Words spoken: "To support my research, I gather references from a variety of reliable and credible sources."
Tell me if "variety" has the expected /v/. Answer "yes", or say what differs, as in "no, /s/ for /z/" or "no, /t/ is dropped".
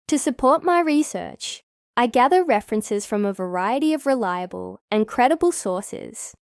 yes